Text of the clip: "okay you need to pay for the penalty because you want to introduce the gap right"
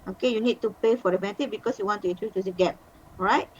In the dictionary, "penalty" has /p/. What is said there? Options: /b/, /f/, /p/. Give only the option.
/b/